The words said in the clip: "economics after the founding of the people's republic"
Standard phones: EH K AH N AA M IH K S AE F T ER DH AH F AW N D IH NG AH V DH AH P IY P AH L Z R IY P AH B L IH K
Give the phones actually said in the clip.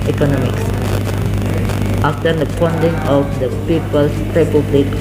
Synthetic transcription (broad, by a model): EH K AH N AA M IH K S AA F T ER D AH P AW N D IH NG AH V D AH P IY P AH L S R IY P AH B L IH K